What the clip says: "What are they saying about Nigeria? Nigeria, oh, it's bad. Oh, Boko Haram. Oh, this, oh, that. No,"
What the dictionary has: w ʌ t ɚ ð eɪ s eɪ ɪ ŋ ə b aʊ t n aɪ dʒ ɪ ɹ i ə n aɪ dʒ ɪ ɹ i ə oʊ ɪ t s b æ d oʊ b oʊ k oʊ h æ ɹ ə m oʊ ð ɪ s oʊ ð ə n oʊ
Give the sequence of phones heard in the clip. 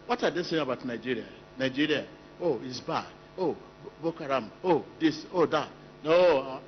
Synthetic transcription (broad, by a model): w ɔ t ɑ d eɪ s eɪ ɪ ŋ ə b aʊ t n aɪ dʒ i ɹ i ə n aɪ dʒ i ɹ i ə oʊ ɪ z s b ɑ oʊ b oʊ k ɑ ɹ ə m oʊ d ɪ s oʊ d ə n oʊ